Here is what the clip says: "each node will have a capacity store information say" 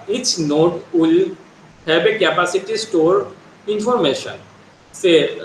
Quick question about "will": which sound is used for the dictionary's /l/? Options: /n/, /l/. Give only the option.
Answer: /l/